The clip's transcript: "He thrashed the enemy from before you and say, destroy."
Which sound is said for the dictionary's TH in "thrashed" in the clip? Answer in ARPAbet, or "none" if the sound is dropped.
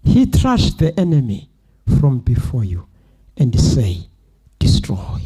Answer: T